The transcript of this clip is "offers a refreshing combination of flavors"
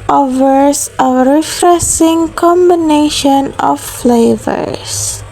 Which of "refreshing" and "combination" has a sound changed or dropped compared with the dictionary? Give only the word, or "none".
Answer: refreshing